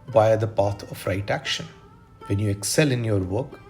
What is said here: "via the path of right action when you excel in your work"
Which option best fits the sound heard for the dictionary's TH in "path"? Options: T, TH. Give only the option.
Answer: T